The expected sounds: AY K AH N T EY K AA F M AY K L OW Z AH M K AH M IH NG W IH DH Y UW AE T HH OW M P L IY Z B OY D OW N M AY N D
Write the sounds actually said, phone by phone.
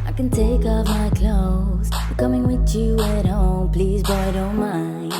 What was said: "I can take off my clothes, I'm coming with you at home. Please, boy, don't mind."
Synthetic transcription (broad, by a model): AY K AH N T EY K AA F M AY K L OW AH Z K AH M IH NG W IH DH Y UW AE T HH OW M P L IY Z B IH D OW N M AY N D